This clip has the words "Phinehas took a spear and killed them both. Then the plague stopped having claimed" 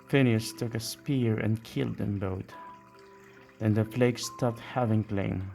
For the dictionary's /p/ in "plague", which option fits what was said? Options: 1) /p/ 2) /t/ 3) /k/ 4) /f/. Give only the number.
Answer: 4